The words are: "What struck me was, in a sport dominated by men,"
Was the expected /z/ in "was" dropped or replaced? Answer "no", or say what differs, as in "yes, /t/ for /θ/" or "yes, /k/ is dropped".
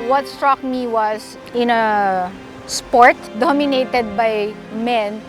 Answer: yes, /s/ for /z/